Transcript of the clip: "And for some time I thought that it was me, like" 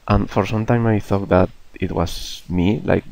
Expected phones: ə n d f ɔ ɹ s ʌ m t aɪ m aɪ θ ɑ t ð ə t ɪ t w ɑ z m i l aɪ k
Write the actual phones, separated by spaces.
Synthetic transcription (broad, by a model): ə n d f ɔ ɹ s ʌ m t aɪ m aɪ θ ɑ t ð ə t ɪ t w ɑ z m i l aɪ k